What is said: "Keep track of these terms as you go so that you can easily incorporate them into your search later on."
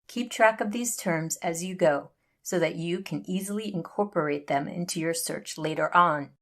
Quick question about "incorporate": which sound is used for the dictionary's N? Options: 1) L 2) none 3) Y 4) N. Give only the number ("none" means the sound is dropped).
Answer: 4